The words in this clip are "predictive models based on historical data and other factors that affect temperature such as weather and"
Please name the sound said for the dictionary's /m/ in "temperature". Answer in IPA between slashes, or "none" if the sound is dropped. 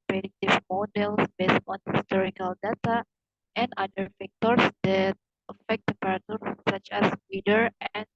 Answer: none